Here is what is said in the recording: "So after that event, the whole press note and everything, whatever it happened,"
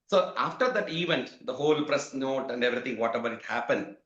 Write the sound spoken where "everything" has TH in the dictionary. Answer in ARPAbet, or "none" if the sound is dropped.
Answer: T